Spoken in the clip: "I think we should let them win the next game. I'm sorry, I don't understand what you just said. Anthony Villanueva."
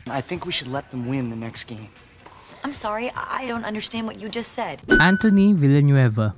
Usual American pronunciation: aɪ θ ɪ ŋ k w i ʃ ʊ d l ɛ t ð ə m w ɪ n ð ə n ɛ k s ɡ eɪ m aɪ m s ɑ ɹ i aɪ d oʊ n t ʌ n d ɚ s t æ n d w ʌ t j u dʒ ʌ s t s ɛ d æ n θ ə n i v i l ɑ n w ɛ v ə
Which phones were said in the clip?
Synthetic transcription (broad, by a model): aɪ θ ɪ ŋ k w i ʃ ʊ d l ɛ t ð ə m w ɪ n ð ə n ɛ k s ɡ eɪ m aɪ m s ɑ ɹ i aɪ d oʊ n t ʌ n d ɚ s t æ n d w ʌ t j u dʒ ʌ s t s ɛ d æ n t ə n i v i l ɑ n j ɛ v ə